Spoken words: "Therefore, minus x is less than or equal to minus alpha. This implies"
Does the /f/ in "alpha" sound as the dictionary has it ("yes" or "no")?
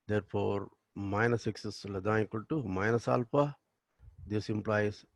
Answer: no